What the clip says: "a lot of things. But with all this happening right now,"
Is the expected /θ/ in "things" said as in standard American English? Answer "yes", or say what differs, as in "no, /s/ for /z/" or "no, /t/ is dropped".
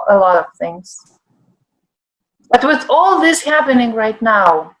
yes